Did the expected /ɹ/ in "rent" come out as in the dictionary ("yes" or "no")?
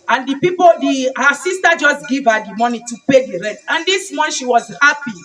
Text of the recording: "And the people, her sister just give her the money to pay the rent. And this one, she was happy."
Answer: yes